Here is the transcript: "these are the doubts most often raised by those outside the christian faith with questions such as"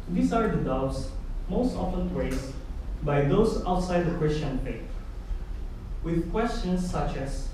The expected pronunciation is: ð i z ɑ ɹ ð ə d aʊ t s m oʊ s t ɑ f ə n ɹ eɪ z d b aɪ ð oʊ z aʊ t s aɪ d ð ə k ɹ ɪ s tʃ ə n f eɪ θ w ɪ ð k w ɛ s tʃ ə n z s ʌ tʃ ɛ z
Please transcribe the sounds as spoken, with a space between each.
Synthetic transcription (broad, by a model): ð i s ɑ ɹ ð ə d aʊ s m oʊ s t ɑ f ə n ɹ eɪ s b aɪ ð oʊ s aʊ t s aɪ d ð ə k ɹ ɪ s tʃ ə n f eɪ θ w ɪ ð k w ɛ s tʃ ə n s ʌ tʃ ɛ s